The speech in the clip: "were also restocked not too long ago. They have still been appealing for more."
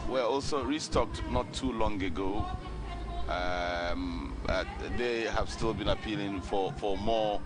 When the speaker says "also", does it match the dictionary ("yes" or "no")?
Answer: yes